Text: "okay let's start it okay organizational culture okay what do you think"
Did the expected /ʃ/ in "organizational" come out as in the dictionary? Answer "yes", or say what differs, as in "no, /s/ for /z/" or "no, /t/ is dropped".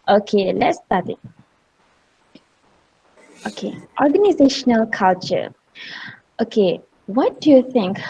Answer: yes